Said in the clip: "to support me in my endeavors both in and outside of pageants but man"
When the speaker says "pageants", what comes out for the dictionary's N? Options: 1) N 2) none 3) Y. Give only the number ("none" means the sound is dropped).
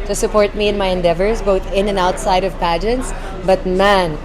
1